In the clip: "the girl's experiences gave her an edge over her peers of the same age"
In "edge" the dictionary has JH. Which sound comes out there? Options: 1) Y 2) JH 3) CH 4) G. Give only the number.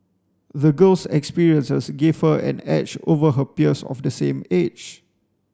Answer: 3